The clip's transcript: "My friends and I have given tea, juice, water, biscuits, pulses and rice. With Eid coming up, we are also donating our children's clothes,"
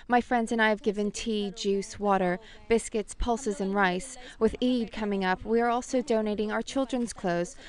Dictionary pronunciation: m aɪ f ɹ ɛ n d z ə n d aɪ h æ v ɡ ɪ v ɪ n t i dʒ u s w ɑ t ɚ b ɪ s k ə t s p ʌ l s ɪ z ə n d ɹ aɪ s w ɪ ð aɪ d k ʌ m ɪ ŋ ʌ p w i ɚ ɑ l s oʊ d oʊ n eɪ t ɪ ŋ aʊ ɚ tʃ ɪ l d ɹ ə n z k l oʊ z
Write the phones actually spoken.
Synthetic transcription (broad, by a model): m aɪ f ɹ ɛ n d z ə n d aɪ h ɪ v ɡ ɪ v ɪ n t i dʒ u s w ɑ t ɚ b ɪ s k ə t s p ʌ l s ɪ z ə n ɹ aɪ s w ɪ ð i d k ʌ m ɪ ŋ ʌ p w i ɚ ɑ l s oʊ d oʊ n eɪ t ɪ ŋ aʊ ɚ tʃ ɪ l d ɹ ə n z k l oʊ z